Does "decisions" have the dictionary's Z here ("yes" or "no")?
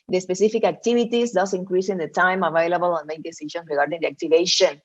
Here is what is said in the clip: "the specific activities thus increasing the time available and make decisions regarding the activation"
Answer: no